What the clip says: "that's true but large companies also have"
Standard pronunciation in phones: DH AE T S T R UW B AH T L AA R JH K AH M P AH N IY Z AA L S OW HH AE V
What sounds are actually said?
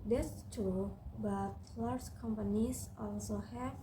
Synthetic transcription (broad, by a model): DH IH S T UW B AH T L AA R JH K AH M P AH N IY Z AA L S OW HH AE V